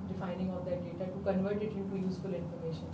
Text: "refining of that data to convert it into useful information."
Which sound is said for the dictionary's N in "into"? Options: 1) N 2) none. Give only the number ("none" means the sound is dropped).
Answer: 2